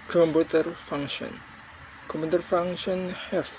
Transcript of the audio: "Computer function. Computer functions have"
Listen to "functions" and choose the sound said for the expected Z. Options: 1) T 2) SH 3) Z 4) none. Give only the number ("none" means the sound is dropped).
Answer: 4